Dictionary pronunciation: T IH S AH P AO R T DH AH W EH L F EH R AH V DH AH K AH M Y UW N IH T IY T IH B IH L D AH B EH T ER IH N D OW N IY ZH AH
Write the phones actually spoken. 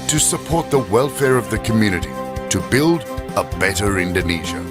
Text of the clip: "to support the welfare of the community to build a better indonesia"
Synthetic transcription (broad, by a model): T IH S AH P AO R T DH AH W EH L F EH R AH V DH AH K AH M Y UW N IH T IY T IH B IH L D AH B EH T ER IH N D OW N IY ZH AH